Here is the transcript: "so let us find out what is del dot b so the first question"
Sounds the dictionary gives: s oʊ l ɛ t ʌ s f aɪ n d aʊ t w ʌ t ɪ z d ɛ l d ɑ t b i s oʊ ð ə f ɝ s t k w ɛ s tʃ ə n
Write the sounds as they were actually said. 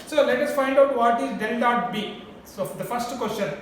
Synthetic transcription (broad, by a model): s oʊ l ɛ t ʌ s f aɪ n d aʊ t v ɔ t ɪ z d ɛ n d ɑ t b i s oʊ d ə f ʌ s t k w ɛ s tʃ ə n